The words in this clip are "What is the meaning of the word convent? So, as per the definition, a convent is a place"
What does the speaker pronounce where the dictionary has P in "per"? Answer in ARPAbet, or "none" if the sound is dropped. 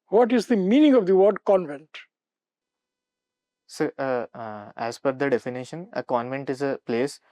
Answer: F